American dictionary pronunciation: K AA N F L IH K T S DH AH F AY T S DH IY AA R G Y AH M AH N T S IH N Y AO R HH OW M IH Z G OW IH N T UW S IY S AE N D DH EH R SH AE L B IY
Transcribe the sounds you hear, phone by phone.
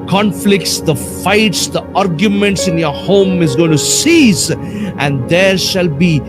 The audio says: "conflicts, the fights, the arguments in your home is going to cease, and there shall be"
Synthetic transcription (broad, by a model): K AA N F L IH K T S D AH F AY T S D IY AA R G Y AH M AH N T S IH N Y AO R HH OW M IH Z G OW IH N T UW S IY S AE N D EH R SH AE L B IY